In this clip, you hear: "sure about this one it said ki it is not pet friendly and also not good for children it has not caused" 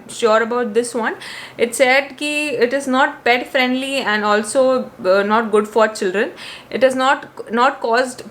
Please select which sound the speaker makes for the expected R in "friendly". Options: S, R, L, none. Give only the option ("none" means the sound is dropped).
R